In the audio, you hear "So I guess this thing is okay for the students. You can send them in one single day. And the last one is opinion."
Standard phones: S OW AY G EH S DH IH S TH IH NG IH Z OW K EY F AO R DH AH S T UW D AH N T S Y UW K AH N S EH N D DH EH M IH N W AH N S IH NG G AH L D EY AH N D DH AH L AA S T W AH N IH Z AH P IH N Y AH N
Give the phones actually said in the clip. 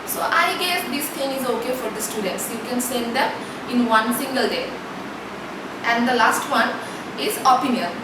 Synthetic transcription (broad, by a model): S OW AY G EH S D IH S T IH NG IH Z OW K EY F AO R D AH S T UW D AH N T S Y UW K AH N S EH N D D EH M IH N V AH N S IH NG G AH L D EY AH N D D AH L AA S T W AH N IH Z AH P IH N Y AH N